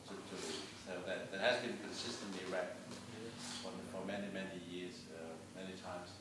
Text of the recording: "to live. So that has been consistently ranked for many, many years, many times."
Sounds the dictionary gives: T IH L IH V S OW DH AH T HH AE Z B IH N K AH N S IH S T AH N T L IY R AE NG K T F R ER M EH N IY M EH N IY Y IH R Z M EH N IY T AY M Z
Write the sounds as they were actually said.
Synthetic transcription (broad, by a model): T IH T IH S OW DH AH T HH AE Z B IH N K AH N S IH S T AH N T L IY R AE K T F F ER M EH N IY M EH N IY Y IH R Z M EH N IY T AY M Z